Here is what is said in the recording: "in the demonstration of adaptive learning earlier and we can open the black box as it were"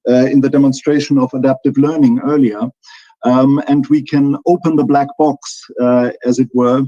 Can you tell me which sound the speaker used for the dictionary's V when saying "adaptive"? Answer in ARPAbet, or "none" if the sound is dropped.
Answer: V